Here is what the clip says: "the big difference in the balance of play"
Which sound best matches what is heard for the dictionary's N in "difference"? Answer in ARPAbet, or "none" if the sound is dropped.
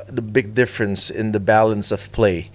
N